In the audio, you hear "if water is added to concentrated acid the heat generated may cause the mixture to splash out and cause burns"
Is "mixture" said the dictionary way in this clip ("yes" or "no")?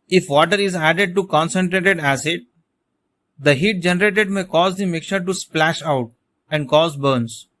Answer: no